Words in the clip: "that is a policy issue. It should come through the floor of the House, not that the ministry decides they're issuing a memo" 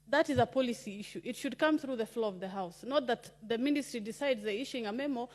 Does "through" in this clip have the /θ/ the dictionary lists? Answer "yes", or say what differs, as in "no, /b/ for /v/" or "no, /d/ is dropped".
yes